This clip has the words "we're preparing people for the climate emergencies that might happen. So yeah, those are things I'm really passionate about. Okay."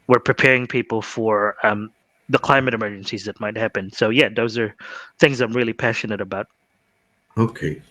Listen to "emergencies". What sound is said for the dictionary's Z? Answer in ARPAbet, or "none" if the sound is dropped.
Z